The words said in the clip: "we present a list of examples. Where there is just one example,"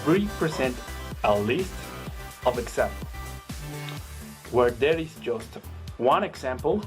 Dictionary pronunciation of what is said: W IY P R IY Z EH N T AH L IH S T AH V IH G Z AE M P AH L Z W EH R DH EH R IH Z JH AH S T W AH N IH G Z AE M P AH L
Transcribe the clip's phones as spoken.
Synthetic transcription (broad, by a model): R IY P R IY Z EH N T AH L IH S T AH V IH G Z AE M P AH L W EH R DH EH R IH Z JH AH S T W AH N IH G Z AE M P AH L